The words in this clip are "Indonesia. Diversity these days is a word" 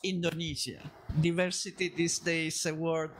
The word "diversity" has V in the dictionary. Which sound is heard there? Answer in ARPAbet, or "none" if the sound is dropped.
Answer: V